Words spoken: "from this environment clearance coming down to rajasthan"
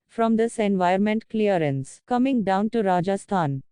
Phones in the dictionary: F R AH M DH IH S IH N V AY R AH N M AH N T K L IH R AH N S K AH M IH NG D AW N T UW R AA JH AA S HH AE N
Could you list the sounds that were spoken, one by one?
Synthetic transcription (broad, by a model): F R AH M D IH S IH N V AY AH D M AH N T K L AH R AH N S K AH M IH NG D AW N T UW R AA JH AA S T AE N